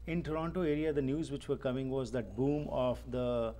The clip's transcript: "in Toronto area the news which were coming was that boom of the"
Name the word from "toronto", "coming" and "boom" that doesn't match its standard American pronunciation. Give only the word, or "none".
none